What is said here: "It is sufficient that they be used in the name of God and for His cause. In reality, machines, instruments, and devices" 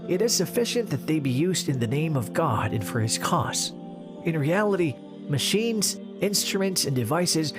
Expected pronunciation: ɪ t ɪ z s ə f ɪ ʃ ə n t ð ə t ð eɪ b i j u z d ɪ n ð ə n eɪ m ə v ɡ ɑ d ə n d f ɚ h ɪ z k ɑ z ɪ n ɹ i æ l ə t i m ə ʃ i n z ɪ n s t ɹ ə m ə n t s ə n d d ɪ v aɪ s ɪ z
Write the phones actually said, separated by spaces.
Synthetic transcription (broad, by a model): ɪ t ɪ z s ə f ɪ ʃ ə n ð ə t ð eɪ b i j u z d ɪ n ð ə n eɪ m ə v ɡ ɑ d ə n f ɚ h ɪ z k ɑ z ɪ n ɹ i æ l ə t i m ə ʃ i n z ɪ n s t ɹ ə m ə n t s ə n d d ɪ v aɪ s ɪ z